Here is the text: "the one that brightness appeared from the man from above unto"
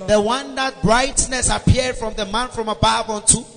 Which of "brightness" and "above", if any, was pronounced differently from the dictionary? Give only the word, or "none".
above